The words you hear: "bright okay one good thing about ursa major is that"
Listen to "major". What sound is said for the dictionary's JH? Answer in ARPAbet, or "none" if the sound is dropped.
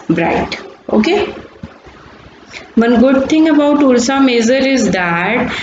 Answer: Z